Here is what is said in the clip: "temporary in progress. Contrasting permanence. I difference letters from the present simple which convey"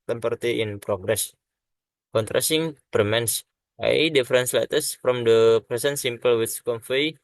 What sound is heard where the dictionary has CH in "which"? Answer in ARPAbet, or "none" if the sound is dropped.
S